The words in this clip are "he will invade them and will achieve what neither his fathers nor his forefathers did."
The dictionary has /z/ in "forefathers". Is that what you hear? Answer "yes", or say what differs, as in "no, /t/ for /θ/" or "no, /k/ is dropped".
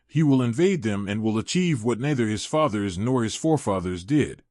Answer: yes